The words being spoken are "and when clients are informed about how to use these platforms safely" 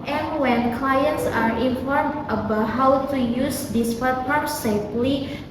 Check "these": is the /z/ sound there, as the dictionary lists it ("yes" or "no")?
no